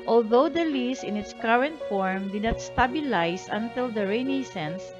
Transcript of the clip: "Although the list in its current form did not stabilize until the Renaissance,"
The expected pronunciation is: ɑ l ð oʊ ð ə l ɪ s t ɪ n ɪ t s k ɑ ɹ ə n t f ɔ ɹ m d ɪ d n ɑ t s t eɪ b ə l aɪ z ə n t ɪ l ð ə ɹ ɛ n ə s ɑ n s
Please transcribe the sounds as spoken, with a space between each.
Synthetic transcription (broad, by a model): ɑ l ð oʊ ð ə l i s ɪ n ɪ t s k ɑ ɹ ə n t f ɔ ɹ m d ɪ d n ɑ t s t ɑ b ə l aɪ s ə n t ɪ l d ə ɹ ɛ n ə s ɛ n s